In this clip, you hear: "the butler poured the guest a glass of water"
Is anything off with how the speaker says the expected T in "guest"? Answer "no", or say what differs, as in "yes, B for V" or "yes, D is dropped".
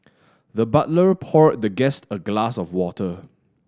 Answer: no